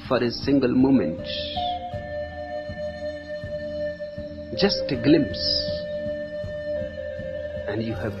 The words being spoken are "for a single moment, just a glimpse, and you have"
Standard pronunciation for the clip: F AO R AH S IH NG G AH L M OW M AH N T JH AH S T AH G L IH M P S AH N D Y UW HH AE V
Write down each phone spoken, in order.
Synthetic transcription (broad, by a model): F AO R AH S IH NG G AH L M OW M AH N T JH AH S T G L IH M P S AH N D Y UW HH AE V